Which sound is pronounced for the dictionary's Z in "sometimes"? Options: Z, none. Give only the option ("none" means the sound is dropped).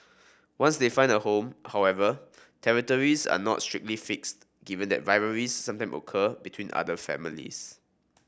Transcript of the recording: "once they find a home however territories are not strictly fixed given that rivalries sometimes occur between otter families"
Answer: none